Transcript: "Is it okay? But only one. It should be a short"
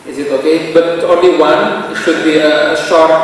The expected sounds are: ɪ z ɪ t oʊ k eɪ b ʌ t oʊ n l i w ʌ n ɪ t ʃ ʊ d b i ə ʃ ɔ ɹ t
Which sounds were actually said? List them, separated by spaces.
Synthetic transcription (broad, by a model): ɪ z ɪ t oʊ k eɪ b ʌ t oʊ n l i w ʌ n ɪ t ʃ ʊ d b i ə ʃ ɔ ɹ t